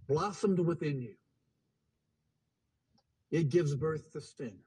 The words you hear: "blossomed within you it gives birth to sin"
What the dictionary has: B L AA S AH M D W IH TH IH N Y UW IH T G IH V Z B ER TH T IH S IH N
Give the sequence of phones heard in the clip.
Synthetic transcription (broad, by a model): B L AA S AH M D W IH TH IH N Y UW IH T G IH V Z B ER TH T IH S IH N